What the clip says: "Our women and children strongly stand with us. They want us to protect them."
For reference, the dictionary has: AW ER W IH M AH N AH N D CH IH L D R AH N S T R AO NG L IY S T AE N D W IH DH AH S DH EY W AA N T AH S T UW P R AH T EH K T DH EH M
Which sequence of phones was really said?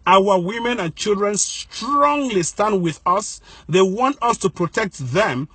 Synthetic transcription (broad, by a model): AW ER W IH M AH N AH N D CH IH L D R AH N S T R AO NG L IY S T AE N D W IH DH AH S DH EY W AA N T AH S T UW P R AH T EH K T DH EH M